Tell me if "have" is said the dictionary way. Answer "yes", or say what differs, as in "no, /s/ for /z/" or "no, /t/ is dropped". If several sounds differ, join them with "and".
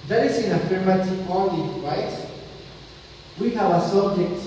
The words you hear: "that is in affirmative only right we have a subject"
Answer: no, /w/ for /v/